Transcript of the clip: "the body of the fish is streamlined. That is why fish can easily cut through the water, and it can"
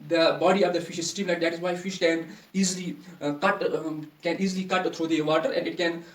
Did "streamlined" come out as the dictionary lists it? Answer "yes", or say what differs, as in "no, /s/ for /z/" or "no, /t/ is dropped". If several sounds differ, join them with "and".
no, /ɹ/ is dropped and /n/ is dropped